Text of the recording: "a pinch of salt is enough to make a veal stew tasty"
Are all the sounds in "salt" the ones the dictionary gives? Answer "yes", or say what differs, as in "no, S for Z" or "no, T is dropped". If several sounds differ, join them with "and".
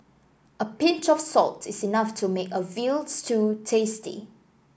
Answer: yes